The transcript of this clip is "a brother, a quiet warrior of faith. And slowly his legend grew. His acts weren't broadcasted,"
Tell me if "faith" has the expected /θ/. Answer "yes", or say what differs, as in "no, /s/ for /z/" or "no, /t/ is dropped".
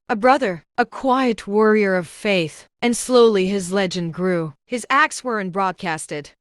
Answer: yes